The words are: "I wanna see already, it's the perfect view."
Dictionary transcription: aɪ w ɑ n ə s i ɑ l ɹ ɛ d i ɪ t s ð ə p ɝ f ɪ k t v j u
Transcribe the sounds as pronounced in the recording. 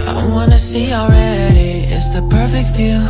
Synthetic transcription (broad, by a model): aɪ w ɑ n ə s i l ɹ ɛ d i ɪ t s ð ə p ɝ f ɪ k t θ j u